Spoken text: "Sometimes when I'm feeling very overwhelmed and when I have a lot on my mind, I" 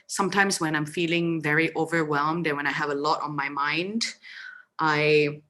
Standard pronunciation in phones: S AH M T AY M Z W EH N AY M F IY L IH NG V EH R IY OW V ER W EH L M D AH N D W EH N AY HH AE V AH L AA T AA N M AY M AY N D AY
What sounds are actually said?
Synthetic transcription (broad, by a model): S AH M T AY M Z W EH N AY M F IY L IH NG V EH R IY OW V ER W EH L M D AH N W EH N AY HH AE V AH L AA T N M AY M AY N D AY